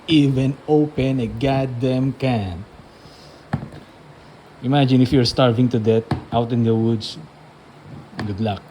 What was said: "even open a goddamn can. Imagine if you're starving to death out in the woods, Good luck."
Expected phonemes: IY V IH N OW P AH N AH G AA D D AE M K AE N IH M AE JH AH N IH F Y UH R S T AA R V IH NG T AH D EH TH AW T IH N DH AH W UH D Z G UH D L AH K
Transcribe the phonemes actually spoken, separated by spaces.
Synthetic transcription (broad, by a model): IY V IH N OW P AH N AH G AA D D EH M K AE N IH M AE JH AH N IH F Y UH R S T AA R V IH NG T AH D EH T AW T IH N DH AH W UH D S G UH D L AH K